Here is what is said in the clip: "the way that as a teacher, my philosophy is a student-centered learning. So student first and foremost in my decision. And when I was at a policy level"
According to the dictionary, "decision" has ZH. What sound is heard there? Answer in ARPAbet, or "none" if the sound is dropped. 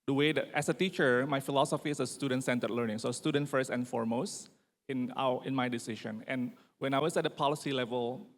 SH